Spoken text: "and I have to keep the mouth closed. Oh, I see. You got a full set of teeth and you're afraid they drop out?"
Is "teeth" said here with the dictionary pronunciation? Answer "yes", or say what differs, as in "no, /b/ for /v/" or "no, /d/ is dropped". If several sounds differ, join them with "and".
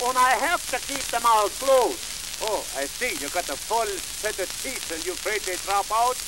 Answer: no, /s/ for /θ/